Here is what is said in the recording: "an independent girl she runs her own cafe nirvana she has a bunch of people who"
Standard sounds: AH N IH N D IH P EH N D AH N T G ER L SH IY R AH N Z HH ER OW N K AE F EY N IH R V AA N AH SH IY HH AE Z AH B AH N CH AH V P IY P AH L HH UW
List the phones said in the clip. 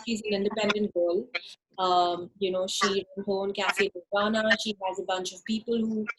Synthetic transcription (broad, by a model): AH N IH N D IH P EH N D AH N T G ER L SH IY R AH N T OW N K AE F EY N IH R AA N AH SH IY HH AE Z AH B AH N CH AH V P IY P AH L HH UW